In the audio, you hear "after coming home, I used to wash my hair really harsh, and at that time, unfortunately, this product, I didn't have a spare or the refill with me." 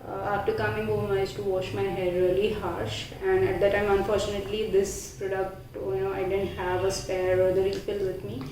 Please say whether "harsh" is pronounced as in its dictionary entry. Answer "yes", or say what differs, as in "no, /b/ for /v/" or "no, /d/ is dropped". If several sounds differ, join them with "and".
yes